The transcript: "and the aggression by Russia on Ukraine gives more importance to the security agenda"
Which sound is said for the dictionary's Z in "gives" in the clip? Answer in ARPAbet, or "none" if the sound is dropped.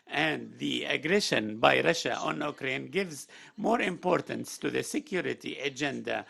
Z